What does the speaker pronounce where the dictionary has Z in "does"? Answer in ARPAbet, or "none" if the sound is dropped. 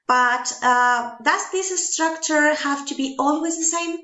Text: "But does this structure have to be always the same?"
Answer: S